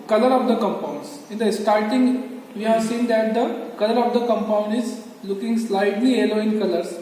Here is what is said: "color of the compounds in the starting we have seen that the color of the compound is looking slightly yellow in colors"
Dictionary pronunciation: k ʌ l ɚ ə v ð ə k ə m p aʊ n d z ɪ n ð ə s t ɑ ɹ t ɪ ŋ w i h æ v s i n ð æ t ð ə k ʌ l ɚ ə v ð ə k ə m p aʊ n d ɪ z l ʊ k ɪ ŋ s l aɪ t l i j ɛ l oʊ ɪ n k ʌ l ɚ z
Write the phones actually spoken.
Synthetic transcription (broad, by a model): k ʌ l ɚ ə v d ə k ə m p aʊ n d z ɪ n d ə s t ɑ ɹ t ɪ ŋ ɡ i h æ v s i n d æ t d ə k ʌ l ɚ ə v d ə k ə m p aʊ n d ɪ z l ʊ k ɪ ŋ s l aɪ t l i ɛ l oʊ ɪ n k ʌ l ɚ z